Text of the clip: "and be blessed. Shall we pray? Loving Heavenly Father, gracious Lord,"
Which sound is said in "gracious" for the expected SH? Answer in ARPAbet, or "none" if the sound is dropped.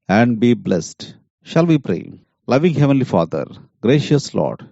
SH